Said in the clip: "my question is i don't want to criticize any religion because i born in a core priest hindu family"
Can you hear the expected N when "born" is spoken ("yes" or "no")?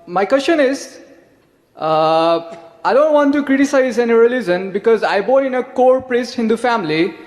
no